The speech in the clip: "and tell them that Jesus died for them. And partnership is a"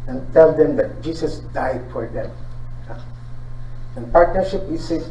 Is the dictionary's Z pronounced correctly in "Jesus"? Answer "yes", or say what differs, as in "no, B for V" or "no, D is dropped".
no, S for Z